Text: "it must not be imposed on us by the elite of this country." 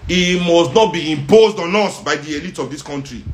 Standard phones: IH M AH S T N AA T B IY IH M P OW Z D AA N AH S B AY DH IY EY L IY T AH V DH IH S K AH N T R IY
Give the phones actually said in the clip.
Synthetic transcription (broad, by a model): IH M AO S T N AA T B IY IH M P OW Z D AA N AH S B AY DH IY EY L IY T AH V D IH S K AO N T R IY